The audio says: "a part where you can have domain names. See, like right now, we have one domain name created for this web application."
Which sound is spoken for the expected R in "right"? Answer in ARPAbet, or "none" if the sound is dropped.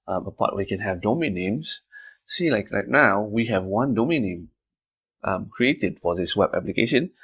L